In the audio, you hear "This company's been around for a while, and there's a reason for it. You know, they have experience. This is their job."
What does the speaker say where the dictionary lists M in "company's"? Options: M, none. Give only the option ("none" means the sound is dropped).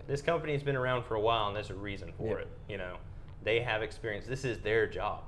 M